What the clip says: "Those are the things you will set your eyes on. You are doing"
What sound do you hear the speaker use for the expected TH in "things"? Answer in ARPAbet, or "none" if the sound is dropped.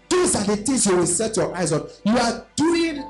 T